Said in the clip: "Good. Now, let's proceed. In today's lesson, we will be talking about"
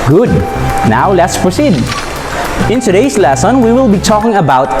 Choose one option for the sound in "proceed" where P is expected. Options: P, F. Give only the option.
F